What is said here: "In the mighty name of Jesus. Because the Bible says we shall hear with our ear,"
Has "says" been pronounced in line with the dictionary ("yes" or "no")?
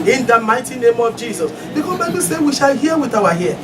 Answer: no